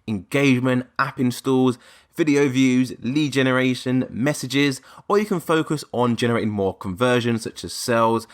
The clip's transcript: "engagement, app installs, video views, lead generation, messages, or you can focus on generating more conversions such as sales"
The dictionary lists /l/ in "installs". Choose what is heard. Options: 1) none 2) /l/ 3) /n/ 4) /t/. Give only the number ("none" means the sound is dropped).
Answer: 1